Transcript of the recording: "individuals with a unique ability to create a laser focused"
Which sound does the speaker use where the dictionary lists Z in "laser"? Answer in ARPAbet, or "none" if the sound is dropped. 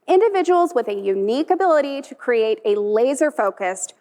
Z